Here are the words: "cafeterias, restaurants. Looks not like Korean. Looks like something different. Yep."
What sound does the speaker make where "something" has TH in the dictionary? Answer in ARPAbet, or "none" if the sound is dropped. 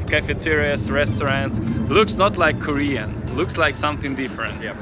TH